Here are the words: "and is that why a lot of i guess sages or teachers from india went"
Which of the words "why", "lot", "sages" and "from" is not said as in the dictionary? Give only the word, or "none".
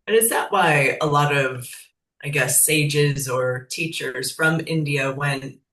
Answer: none